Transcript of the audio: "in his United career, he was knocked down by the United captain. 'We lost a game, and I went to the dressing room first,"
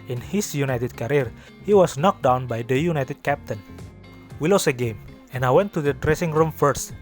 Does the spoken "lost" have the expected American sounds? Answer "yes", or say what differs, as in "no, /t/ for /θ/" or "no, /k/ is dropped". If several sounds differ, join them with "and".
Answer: no, /t/ is dropped